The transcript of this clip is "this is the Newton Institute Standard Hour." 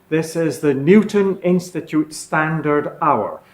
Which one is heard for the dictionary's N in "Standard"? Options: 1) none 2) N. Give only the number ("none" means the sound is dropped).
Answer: 2